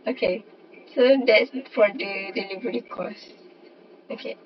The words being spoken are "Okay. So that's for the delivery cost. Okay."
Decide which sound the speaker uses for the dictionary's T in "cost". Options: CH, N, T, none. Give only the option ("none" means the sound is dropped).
none